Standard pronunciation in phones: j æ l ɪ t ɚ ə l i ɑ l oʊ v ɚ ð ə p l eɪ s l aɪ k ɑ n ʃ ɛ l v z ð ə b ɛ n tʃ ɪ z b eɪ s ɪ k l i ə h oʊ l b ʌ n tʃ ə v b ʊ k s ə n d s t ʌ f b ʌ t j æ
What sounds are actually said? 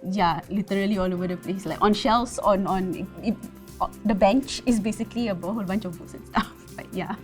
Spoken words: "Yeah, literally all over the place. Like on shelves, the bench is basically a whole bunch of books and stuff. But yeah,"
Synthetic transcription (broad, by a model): j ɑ l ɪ t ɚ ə l i ɑ l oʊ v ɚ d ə p l eɪ s l aɪ k ɑ n ʃ ɛ l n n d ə b ɛ n tʃ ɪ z b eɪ s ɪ k l i ə h oʊ l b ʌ n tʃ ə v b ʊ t s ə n s t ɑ f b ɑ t j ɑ